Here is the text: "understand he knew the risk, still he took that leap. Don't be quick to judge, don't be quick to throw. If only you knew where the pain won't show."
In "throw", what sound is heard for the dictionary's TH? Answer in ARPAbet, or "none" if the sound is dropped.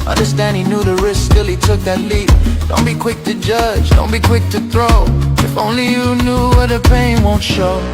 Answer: TH